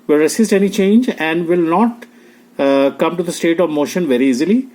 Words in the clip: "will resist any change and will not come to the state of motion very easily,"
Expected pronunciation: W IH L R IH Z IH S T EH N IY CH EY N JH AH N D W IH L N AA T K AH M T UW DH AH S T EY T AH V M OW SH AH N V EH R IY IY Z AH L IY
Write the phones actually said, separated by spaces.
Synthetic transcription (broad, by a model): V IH L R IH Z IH S T EH N IY CH EY N JH AH N D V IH L N AA T K AH M T UW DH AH S T EY T AH V M OW SH AH N V EH R IY IY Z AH L IY